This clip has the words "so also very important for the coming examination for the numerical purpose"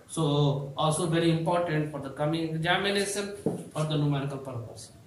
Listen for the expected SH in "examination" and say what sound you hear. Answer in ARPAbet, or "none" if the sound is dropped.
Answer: S